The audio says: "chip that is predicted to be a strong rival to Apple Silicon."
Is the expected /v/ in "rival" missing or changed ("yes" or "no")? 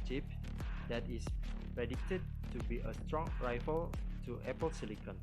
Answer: yes